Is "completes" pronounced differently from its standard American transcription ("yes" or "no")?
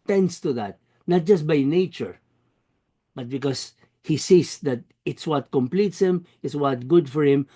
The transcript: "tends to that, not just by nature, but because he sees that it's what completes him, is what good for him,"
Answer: no